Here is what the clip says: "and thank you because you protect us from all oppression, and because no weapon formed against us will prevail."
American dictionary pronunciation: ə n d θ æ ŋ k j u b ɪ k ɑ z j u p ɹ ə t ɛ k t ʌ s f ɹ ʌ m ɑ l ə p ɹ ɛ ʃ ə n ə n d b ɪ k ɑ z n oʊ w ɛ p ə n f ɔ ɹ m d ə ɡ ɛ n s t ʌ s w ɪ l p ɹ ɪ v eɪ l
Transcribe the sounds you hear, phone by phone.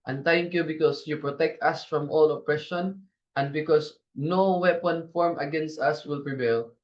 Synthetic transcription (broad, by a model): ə n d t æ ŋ k j u b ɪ k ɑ s j u p ɹ ə t ɛ k t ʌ s f ɹ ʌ m ɑ l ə p ɹ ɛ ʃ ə n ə n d b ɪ k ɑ s n oʊ w ɛ p ə n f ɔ ɹ m ə ɡ ɛ n s t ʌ s w ɪ l p ɹ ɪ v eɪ l